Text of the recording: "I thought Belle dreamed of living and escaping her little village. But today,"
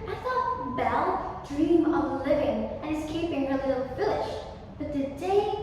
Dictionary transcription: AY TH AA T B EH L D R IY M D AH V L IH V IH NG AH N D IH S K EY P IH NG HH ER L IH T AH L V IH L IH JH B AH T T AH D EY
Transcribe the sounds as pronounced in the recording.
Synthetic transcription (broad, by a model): AY TH AA T B EH L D R IY M AH V L IH V IH NG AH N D IH S K EY P IH NG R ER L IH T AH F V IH L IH SH B AH T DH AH D EY